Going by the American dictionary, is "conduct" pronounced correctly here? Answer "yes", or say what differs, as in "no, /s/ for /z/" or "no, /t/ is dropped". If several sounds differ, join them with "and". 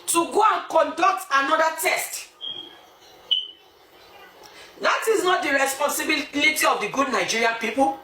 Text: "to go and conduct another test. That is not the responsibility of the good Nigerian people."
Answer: yes